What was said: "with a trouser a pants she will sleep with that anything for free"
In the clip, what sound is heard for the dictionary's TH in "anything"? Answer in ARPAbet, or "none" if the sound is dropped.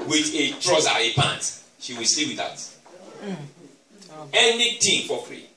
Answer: T